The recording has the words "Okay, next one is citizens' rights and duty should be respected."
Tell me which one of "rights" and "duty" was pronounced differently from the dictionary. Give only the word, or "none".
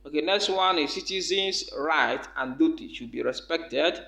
rights